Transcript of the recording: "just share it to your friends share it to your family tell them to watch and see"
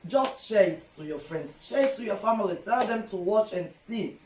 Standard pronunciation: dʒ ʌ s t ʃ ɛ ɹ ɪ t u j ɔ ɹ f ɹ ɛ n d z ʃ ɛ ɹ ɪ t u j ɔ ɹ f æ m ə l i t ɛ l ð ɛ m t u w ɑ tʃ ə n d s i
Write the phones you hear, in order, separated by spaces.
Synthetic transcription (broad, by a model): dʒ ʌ s t ʃ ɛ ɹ ɪ t u j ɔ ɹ f ɹ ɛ n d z ʃ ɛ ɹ ɪ t u j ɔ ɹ f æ m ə l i t ɛ l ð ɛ m t u w ɑ tʃ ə n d s i